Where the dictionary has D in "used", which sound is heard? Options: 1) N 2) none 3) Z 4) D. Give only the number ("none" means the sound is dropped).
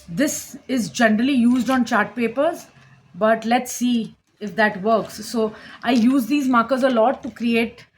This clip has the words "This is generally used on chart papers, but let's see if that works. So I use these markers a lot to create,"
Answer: 4